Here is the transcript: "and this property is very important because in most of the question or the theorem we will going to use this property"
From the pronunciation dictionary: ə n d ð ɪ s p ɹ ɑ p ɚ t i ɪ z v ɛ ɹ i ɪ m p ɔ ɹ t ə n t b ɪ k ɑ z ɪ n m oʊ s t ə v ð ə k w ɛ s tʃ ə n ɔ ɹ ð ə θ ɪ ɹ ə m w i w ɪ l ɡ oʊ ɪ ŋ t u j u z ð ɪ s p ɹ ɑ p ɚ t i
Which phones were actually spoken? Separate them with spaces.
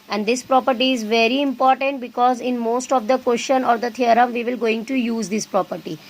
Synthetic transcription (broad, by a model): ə n d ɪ s p ɹ ɑ p ɚ t i ɪ z v ɛ ɹ i ɪ m p ɔ ɹ t ə n t b ɪ k ɑ z ɪ n m oʊ s t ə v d ə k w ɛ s ʃ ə n ɔ ɹ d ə t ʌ ɹ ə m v i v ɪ l ɡ oʊ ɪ ŋ t u j u z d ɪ s p ɹ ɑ p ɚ t i